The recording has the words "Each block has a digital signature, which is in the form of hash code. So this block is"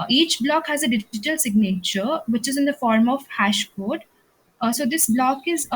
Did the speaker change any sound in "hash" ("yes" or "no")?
no